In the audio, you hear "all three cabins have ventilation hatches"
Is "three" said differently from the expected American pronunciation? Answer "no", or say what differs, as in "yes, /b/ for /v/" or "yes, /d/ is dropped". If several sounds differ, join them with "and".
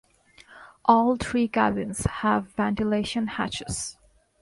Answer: yes, /t/ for /θ/